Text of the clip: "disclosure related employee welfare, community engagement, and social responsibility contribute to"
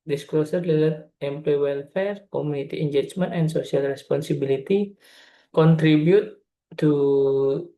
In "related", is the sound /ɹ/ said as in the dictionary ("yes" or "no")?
no